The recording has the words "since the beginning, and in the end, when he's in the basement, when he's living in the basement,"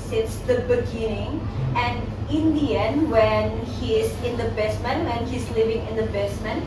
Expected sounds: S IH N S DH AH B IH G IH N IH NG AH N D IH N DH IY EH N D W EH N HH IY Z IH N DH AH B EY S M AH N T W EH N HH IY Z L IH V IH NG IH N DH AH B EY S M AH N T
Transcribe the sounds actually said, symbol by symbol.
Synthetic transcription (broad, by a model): S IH N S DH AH B IH G IH N IH NG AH N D IH N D IY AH N W EH N HH IY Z IH N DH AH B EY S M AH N W EH N HH IY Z L IH V IH NG IH N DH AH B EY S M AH N